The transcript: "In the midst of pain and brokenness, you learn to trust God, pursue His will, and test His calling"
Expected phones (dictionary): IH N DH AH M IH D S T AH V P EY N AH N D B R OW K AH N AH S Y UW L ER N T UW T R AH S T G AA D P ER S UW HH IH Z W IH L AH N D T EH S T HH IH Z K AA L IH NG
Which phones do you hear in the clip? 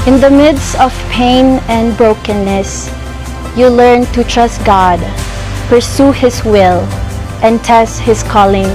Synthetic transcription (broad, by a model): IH N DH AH M IH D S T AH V P EY N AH N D B R OW K AH N AH S Y UW L ER N T UW T R AH S T G AA D P ER S UW HH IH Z W IH L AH N T EH S T HH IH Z K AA L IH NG